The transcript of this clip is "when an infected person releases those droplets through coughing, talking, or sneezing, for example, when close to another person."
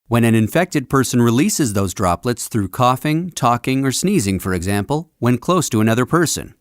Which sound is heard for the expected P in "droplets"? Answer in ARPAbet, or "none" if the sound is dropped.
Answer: P